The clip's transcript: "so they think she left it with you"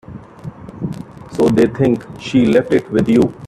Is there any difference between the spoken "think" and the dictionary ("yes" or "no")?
yes